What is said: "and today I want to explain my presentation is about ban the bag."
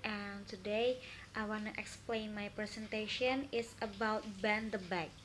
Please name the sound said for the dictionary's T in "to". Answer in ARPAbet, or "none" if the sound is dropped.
T